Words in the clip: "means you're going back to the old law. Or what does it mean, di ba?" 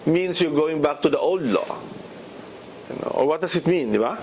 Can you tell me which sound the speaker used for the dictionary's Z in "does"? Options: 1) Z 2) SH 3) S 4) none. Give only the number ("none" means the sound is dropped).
3